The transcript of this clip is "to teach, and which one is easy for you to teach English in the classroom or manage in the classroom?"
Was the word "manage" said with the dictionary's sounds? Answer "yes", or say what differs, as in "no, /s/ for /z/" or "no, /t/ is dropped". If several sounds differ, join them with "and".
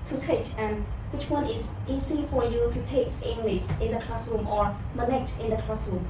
no, /tʃ/ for /dʒ/